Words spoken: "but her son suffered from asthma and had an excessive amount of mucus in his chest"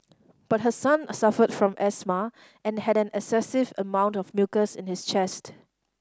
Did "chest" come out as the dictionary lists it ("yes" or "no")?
yes